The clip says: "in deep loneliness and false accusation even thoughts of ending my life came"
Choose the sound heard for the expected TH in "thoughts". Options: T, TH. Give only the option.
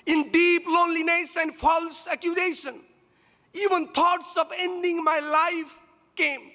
T